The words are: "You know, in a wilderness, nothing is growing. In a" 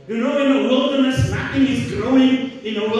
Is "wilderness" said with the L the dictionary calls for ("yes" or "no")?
yes